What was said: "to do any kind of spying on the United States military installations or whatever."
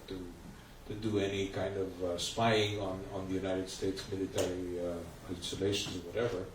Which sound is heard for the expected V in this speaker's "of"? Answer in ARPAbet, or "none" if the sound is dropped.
V